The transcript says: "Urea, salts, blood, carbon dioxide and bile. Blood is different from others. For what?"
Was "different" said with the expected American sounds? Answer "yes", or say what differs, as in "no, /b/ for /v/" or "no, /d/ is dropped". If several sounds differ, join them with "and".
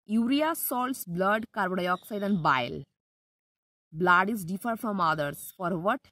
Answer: no, /ɹ/ is dropped and /n/ is dropped